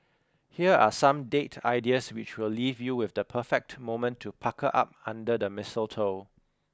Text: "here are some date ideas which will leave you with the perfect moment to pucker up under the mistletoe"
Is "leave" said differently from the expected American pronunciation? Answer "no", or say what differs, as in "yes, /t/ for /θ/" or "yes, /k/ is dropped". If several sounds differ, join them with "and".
no